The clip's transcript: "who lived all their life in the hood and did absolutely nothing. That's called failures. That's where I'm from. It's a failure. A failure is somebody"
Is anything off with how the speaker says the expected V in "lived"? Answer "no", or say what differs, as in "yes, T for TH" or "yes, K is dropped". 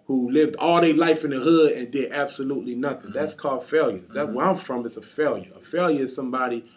no